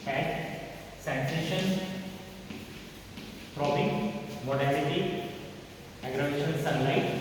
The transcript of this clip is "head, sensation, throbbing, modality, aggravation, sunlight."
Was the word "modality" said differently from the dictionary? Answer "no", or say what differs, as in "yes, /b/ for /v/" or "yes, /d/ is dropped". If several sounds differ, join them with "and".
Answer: yes, /n/ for /l/